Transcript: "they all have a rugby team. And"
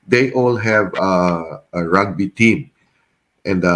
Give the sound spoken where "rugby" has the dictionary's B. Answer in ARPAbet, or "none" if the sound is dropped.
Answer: B